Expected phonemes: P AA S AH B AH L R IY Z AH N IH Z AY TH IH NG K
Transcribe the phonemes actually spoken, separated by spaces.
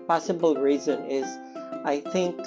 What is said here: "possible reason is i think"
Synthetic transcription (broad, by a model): P AA S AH B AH L R IY Z AH N IH Z AY TH IH NG K